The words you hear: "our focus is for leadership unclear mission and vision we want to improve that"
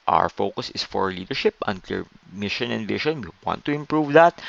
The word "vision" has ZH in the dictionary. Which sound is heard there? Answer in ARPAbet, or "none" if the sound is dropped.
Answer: SH